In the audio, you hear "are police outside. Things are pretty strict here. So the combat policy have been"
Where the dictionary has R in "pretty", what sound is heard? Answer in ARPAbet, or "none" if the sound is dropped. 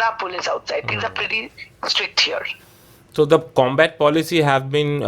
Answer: R